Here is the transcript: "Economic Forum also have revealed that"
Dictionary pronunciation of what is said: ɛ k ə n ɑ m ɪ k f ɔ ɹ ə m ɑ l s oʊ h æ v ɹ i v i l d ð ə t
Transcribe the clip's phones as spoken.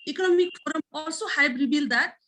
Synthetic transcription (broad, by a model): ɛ k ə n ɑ m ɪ k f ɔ ɹ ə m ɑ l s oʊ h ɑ b ɹ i b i l d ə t